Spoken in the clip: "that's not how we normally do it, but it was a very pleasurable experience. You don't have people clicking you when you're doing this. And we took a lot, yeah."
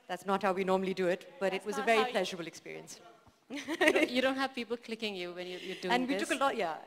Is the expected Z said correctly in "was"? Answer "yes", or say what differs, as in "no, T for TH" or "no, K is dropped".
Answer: yes